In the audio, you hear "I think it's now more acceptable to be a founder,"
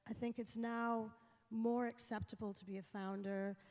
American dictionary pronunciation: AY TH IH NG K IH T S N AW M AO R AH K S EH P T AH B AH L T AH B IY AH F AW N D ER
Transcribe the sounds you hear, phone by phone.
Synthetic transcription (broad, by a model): AY TH IH NG K IH T S N AW M AO R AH K S EH P T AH B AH L T AH B IY AH F AW N D ER